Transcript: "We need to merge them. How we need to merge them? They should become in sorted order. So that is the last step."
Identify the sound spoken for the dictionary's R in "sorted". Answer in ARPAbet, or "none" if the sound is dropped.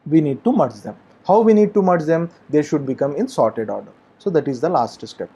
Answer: R